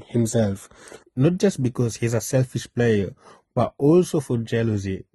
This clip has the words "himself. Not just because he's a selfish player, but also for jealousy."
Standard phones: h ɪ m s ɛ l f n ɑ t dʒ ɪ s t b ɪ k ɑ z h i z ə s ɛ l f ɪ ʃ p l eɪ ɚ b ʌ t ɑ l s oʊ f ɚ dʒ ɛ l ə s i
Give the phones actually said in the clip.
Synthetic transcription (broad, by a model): h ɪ m s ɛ l f n ɑ t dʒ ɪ s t b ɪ k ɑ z h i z ə s ɛ l f ɪ ʃ p l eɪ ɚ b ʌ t ɑ l s oʊ f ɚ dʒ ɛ l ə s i